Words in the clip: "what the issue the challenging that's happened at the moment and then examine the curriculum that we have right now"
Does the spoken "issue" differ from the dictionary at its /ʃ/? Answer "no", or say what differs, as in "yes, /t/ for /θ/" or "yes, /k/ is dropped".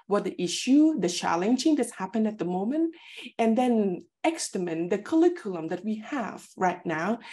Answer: no